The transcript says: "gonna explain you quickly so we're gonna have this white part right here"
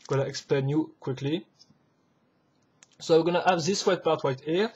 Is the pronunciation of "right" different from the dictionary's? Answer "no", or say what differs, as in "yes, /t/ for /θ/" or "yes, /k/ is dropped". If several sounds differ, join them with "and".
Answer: yes, /w/ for /ɹ/